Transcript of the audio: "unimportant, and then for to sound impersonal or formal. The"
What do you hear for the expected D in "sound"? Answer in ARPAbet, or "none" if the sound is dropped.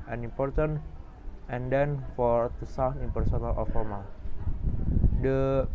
none